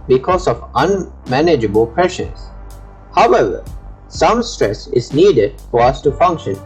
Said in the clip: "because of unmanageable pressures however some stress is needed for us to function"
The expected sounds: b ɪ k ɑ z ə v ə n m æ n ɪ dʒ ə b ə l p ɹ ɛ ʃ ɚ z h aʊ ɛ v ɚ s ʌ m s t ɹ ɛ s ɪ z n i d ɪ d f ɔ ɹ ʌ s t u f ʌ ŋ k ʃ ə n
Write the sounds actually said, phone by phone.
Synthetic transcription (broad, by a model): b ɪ k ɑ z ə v ə n m æ n ɪ dʒ ə b ə l p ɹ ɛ ʃ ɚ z h aʊ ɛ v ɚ s ʌ m s t ɹ ɛ s ɪ z n i d ɪ d f ɔ ɹ ʌ s t u f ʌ ŋ k ʃ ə n